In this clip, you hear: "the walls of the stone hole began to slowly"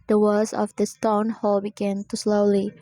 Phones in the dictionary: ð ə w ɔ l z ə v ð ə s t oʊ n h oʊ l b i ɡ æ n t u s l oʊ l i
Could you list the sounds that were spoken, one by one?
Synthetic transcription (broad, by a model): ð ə w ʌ z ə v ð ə s t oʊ n h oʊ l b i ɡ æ n t u s l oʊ l i